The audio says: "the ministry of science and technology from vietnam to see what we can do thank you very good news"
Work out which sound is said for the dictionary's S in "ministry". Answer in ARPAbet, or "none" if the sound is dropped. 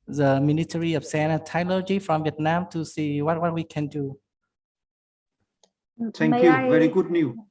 none